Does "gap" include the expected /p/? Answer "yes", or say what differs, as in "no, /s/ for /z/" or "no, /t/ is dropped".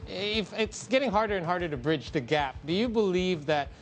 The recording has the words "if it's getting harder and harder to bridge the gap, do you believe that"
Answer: yes